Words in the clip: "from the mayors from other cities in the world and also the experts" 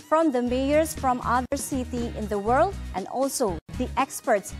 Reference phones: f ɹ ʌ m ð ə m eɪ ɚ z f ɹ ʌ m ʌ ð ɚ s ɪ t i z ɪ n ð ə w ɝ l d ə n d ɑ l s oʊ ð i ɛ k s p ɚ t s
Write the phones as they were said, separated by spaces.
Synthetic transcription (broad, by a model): f ɹ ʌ m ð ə m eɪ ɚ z f ɹ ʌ m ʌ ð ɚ s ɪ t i ɪ n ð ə w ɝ l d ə n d ɑ l s oʊ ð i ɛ k s p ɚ t s